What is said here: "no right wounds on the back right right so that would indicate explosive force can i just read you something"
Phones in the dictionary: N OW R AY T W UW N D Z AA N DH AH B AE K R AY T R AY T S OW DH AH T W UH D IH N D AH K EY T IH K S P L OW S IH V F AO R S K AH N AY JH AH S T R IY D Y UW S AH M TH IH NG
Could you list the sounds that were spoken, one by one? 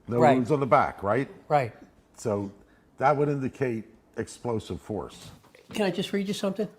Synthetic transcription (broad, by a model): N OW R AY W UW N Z N DH AH B AE K R AY T R AY T S OW DH AH T W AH D IH N D AH K EY T IH K S P L OW S IH V F AO R S K AH N AY JH AH S T R IY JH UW S AH M TH IH NG